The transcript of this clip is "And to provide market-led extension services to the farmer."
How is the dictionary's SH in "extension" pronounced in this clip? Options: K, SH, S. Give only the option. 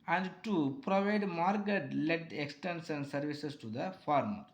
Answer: S